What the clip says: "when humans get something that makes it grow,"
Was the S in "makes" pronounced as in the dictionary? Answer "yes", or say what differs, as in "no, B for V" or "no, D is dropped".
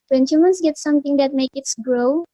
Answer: no, S is dropped